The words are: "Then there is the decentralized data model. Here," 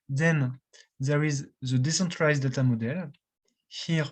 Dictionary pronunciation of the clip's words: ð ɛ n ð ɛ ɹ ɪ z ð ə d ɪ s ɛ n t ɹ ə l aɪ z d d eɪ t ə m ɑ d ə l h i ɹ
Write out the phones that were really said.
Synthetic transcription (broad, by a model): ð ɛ n ð ɛ ɹ ɪ z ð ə d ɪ s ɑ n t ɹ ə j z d d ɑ t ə m ɑ d ə l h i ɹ